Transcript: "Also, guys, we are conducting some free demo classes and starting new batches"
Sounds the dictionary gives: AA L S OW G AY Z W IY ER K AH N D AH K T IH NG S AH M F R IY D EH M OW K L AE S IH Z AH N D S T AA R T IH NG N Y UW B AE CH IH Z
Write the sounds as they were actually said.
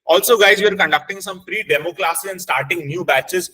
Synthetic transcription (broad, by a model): AA L S OW G AY Z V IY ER K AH N D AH K T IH NG S AH M P R IY D EH M OW K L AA S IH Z AH N D S T AA R T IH NG N Y UW B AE CH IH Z